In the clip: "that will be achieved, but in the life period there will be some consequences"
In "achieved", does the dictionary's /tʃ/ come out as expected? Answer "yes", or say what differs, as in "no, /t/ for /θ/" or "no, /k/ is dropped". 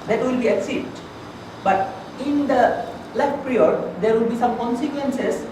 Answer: no, /s/ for /tʃ/